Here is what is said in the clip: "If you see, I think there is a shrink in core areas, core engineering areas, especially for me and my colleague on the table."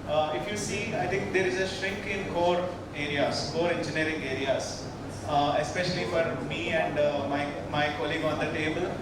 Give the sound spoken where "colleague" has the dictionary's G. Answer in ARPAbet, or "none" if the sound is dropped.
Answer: G